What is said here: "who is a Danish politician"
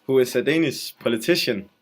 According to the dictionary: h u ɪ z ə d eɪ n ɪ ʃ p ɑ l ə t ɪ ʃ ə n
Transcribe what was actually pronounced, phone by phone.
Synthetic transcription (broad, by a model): h u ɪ s ə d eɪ n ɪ s p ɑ l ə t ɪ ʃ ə n